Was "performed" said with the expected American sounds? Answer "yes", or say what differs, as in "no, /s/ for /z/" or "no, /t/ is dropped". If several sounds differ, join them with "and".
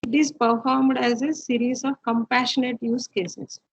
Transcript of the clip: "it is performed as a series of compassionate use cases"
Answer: yes